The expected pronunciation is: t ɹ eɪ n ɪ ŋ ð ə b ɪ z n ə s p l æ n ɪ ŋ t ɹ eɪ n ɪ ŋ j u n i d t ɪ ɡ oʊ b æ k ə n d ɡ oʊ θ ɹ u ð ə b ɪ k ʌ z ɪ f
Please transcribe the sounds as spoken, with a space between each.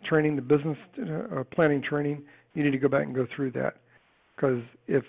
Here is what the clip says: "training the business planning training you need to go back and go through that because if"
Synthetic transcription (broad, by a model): t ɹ eɪ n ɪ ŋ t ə b ɪ z n ə s p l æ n ɪ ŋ t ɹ eɪ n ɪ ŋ j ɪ n i d t ɪ ɡ oʊ b æ k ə n ɡ oʊ θ ɹ u ð ə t k ʌ z ɪ f